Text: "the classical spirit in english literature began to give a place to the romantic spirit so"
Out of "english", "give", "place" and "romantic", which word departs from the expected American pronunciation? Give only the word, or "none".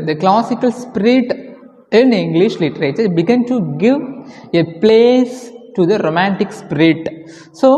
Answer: none